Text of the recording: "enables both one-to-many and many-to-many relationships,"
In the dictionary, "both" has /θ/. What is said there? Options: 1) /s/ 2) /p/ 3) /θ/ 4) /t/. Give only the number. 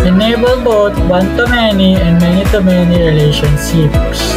4